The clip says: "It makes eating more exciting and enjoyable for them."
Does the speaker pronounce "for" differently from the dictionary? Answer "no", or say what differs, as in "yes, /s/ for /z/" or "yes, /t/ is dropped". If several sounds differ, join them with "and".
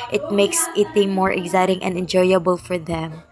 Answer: no